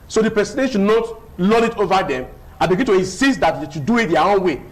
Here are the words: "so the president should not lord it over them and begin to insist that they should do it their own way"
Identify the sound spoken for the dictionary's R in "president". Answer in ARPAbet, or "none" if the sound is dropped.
none